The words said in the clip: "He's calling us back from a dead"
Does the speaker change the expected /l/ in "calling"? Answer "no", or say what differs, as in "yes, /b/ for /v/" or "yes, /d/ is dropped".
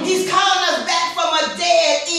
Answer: yes, /l/ is dropped